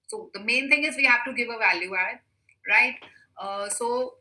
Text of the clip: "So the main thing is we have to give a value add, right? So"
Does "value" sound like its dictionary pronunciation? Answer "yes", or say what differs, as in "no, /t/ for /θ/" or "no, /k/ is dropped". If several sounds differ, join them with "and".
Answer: yes